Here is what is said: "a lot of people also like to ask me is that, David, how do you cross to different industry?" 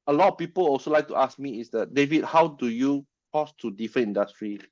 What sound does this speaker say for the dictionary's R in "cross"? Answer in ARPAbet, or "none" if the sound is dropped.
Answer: none